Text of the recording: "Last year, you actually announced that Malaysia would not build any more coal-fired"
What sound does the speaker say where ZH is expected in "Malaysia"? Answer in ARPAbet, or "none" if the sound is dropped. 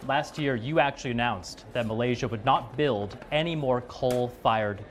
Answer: ZH